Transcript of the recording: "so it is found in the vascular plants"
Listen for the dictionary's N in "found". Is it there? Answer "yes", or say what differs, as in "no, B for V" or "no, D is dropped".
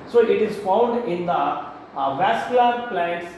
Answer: yes